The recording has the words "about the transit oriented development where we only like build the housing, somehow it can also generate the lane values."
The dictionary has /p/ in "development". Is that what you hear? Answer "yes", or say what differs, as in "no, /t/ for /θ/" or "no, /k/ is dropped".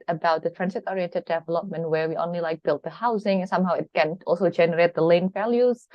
yes